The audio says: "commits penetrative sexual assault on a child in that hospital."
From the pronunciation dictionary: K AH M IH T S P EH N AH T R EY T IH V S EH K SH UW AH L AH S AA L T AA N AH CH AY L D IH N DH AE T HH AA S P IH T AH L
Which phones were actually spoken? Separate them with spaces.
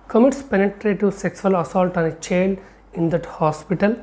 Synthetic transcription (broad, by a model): K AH M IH T S P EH N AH T R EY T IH S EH K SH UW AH L AH S AA L T AA N AH CH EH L IH N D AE T HH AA S P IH T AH L